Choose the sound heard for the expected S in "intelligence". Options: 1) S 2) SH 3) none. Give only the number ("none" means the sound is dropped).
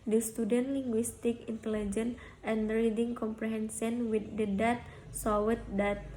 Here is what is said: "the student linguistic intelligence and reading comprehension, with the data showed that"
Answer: 3